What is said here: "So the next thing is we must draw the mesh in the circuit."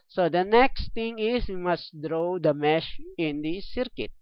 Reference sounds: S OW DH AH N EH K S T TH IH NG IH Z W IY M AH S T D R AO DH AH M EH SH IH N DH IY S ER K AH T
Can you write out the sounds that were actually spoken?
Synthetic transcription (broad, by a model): S OW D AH N EH K S T T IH NG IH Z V IY M AH S T D R AO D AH M EH SH IH N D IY S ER K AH T